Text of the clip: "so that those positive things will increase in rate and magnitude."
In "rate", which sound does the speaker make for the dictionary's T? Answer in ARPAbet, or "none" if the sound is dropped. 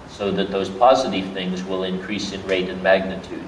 T